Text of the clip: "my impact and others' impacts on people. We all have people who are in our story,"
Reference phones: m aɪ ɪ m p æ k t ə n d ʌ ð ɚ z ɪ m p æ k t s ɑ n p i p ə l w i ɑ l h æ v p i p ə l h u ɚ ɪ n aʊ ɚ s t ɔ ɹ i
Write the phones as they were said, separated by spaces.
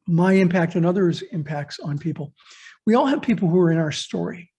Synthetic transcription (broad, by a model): m aɪ ɪ m p æ k t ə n ʌ ð ɚ z ɪ m p æ k t s n p i p l w i ɑ l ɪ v p i p l h u ɚ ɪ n aʊ ɚ s t ɔ ɹ i